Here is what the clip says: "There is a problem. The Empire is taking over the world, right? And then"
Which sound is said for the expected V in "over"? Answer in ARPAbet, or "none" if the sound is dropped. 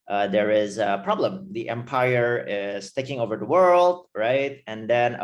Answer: V